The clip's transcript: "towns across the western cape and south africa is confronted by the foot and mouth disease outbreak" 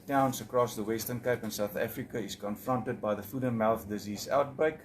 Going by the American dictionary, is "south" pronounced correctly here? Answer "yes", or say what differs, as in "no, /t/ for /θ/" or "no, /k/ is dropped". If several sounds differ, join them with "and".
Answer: yes